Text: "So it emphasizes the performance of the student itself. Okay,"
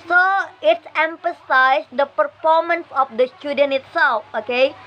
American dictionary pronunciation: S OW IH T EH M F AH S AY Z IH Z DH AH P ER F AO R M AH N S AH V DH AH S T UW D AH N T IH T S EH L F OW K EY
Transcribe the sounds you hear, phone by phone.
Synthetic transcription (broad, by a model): S OW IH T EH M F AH S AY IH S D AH P ER F AO R M AH N S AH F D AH S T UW D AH N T IH T S EH L F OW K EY